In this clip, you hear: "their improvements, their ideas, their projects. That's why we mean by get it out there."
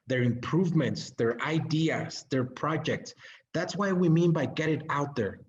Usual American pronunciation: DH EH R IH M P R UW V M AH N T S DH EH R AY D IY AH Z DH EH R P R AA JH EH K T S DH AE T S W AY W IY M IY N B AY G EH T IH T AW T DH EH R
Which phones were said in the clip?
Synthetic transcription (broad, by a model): DH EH R IH M P R UW V M AH N T S DH EH R AY D IY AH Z DH EH R P R AA JH EH K T S DH AE T S W AY W IY M IY N B AY G EH T IH T AW T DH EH R